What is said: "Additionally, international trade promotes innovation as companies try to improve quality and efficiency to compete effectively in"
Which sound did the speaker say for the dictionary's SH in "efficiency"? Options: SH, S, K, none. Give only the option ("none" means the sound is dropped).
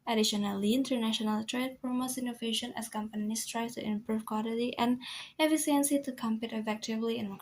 S